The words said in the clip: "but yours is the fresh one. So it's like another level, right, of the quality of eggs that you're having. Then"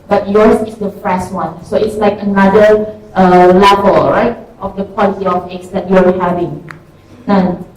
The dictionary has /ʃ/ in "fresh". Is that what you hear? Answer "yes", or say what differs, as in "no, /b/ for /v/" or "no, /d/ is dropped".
no, /s/ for /ʃ/